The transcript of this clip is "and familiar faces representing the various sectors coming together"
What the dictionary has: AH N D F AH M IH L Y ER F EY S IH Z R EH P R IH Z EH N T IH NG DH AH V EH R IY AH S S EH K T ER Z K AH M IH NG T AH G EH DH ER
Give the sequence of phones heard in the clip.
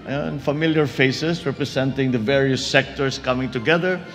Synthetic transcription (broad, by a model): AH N F AH M IH L Y ER F EY S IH S R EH P R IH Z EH N T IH NG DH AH V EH R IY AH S S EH K T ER S K AH M IH NG T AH G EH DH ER